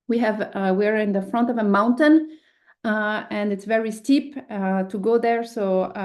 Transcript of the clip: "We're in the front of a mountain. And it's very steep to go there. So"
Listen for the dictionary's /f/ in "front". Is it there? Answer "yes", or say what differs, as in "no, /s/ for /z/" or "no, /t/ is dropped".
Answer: yes